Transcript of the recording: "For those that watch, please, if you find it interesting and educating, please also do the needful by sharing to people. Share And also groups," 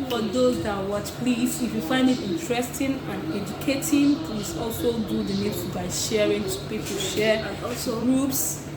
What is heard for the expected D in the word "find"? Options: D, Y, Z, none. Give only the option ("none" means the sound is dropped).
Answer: D